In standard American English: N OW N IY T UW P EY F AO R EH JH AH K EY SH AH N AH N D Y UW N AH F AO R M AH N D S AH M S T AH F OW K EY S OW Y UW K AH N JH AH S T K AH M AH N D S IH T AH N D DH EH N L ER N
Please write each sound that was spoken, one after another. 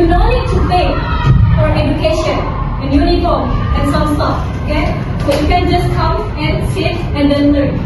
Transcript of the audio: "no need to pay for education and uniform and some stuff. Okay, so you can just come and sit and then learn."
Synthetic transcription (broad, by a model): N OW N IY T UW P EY F AO R EH JH AH K EY SH AH N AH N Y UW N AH AO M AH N S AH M S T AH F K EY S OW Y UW K AH N JH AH S K AH M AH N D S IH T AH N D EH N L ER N